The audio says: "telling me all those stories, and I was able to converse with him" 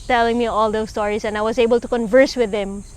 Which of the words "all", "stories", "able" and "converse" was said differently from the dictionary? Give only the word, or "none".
stories